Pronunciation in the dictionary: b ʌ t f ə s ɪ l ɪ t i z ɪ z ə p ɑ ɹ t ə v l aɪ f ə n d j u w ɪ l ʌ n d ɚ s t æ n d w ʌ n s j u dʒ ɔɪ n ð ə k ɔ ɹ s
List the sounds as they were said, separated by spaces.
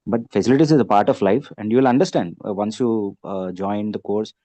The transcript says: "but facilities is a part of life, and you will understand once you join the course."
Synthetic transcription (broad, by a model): b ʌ t f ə s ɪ l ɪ t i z ɪ z ə p ɑ ɹ t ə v l aɪ f ə n d j u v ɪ l ʌ n d ɚ s t æ n d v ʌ n s j u dʒ ɔɪ n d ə k ɔ ɹ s